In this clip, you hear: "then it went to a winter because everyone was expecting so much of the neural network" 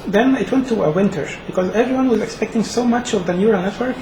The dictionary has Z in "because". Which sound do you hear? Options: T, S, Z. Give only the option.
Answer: Z